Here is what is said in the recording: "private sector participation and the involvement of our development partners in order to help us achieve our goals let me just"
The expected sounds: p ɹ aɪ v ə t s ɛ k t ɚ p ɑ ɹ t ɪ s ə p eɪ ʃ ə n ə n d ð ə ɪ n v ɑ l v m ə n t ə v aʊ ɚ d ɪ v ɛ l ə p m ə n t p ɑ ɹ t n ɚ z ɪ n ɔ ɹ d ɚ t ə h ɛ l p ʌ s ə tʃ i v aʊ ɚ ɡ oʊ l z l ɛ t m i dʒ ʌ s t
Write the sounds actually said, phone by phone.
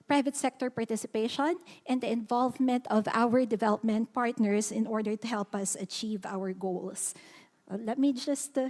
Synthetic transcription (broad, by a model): p ɹ aɪ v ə t s ɛ k t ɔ p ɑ ɹ t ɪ s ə p eɪ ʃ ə n ə n d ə ɪ n v ɑ l v m ə n t ə v aʊ ɚ d ɪ v ɛ l ə p m ə n t p ɑ ɹ t n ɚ s ɪ n ɔ ɹ d ɚ t ə h ɛ l p ʌ s ə tʃ i v aʊ ɚ ɡ oʊ l s l ɛ t m i dʒ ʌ s t